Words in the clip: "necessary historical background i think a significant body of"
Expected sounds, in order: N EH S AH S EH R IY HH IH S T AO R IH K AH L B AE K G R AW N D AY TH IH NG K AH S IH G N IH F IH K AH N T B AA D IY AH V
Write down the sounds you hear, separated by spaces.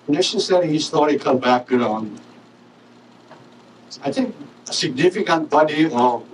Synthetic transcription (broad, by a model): N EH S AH S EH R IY HH IH S T AO R IH K AH L B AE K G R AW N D AY T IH NG K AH S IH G N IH F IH K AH N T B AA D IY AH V